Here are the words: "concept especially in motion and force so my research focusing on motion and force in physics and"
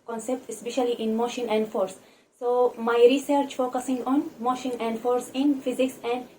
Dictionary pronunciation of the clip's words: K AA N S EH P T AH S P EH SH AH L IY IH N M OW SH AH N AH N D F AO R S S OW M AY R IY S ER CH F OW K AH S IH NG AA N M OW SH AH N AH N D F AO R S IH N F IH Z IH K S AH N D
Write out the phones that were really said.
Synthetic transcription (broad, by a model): K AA N S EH P T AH S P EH SH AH L IY IH N M OW SH AH N AH N D F AO R S S OW M AY R IY S ER CH F OW K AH S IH NG AA N M OW SH AH N AH N D F AO R S IH N F IH Z IH K S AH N D